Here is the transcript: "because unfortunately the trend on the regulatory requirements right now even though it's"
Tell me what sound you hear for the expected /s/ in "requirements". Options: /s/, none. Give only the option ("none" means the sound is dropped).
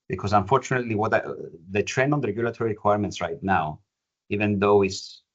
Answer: /s/